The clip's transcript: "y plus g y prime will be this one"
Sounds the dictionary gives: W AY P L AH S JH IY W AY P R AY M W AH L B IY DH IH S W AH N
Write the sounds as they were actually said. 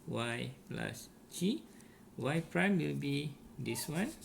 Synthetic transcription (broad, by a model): W AY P L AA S CH IY W AY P R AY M W AH L B IY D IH S W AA N